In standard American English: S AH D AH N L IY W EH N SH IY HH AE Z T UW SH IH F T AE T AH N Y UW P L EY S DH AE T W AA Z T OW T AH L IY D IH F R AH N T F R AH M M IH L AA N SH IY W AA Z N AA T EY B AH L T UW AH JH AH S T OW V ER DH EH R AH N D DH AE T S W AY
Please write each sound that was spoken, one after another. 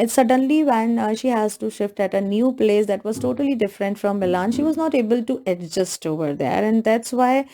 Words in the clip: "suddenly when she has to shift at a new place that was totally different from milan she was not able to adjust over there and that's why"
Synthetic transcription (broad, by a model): S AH D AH N L IY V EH N SH IY HH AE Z T UW SH IH F T AE T AH N Y UW P L EY S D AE T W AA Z T OW T AH L IY D IH F R AH N T F R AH M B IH L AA N SH IY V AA Z N AA T EY B AH L T UW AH JH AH S T OW V ER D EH R AH N D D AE T S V AY